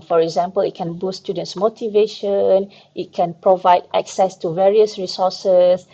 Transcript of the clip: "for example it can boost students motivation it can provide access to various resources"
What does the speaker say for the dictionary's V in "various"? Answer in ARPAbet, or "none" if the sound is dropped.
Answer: V